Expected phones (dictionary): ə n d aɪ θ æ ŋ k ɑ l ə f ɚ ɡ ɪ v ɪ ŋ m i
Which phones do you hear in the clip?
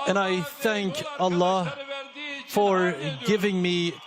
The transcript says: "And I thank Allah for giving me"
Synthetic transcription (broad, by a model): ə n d aɪ θ æ ŋ k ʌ l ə f ɚ ɡ ɪ v ɪ ŋ m i